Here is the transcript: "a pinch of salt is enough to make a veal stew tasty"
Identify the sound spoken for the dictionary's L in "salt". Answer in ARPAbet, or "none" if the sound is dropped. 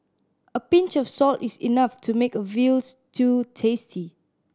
L